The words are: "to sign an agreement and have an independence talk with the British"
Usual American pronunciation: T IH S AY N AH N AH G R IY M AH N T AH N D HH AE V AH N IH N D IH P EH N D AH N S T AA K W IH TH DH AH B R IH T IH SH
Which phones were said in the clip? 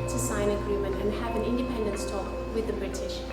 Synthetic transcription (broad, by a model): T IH S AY AH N AH G R IY M AH N T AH N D HH AE V AH N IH N D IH P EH N D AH N S T AA K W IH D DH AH B R IH T IH SH